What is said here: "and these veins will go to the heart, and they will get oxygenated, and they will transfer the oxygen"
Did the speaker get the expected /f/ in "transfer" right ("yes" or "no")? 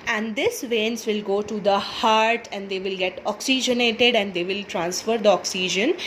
yes